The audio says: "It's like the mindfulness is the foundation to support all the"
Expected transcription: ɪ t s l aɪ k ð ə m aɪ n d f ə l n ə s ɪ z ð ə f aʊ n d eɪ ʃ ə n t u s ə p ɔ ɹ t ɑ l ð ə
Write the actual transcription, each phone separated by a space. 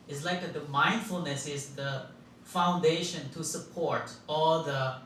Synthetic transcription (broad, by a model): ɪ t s l aɪ k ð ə m aɪ n d f ə l n ə s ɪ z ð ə f aʊ n d eɪ ʃ ə n t u s ə p ɔ ɹ t ɑ l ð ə